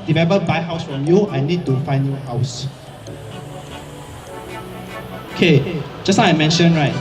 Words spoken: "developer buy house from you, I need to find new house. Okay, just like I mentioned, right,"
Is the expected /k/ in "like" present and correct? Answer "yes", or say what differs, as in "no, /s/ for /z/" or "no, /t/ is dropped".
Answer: no, /k/ is dropped